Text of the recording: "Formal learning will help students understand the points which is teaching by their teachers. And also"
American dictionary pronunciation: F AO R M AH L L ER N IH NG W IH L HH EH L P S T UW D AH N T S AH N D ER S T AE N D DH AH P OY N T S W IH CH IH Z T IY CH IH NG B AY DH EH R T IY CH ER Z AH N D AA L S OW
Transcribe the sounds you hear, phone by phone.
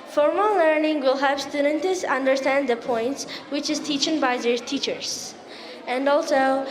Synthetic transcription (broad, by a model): F AO R M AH L L ER N IH NG W IH L HH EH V S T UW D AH N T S AH N D ER S T AE N D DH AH P OY N T S W IH CH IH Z T IY CH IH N B AY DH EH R T IY CH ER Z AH N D AA L S OW